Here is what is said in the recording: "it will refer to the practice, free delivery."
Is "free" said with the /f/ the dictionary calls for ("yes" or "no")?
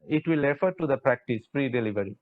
no